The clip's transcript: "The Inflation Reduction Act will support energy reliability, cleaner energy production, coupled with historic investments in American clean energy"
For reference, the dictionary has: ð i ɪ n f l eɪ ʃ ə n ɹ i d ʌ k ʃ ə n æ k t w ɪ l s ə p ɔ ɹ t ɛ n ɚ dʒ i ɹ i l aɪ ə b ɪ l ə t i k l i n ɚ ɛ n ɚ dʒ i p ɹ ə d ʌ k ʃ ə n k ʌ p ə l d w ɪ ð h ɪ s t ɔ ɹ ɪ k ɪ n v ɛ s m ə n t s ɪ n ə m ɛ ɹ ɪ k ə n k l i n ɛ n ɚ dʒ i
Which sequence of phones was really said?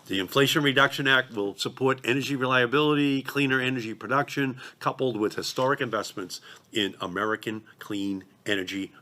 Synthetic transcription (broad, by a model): ð i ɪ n f l eɪ ʃ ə n ɹ i d ʌ k ʃ ə n æ k t w ɪ l s ə p ɔ ɹ t ɛ n ɚ dʒ i ɹ i l aɪ ə b ɪ l ə t i k l i n ɚ ɛ n ɚ dʒ i p ɹ ə d ʌ k ʃ ə n k ʌ p l d w ɪ ð h ɪ s t ɔ ɹ ɪ k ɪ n v ɛ s m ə n t s ɪ n ə m ɛ ɹ ɪ k ə n k l i n ɛ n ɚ dʒ i